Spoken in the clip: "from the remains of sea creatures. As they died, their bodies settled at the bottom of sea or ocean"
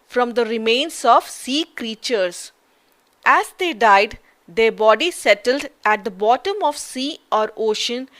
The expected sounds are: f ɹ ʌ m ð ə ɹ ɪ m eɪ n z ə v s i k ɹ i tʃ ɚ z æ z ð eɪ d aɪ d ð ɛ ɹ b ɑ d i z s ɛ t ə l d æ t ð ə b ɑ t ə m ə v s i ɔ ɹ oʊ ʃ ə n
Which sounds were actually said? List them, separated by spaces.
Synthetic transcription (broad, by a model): f ɹ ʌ m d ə ɹ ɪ m eɪ n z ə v s i k ɹ i tʃ ɚ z æ z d eɪ d aɪ d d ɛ ɹ b ɑ d i s ɛ t ə l d æ t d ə b ɑ t ə m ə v s i ɔ ɹ oʊ ʃ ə n